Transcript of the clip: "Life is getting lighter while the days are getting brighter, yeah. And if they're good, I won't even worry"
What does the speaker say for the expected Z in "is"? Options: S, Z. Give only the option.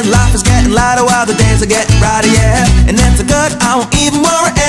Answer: Z